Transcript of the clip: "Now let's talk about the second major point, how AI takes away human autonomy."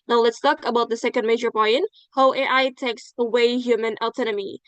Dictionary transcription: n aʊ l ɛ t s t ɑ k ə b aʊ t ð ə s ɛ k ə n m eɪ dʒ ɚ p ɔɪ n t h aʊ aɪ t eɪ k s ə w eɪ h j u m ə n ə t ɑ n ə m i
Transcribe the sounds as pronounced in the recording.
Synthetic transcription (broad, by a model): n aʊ l ɛ t s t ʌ k ə b aʊ t ð ə s ɛ k ə n m eɪ dʒ ɚ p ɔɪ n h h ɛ aɪ t eɪ k s ə w eɪ h j u m ə n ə t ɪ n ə m i